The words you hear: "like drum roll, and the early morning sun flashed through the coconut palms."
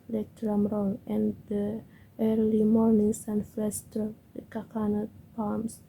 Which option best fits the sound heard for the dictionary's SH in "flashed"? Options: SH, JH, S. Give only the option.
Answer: S